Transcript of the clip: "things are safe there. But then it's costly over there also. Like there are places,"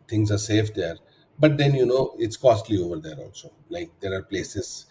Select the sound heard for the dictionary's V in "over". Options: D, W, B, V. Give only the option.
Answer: V